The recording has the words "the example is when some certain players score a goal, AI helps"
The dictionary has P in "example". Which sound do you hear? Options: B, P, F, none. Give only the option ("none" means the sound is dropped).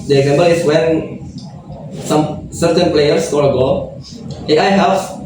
B